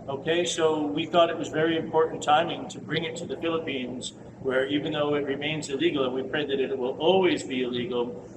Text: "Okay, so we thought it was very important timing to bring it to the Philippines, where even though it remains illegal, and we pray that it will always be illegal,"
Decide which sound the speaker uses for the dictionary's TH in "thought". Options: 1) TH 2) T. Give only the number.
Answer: 1